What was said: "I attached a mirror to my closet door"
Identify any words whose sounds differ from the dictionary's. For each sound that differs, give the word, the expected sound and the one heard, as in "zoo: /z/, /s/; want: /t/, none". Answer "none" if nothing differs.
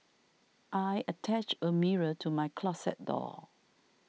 attached: /t/, none; closet: /z/, /s/